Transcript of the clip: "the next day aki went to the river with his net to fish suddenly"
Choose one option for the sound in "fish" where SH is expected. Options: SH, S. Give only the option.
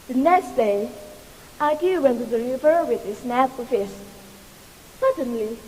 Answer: S